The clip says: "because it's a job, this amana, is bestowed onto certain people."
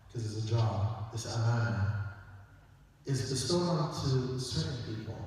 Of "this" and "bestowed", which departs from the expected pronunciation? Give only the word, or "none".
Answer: bestowed